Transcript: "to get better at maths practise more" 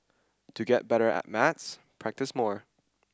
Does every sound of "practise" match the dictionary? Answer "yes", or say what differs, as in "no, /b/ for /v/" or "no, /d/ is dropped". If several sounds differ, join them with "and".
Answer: yes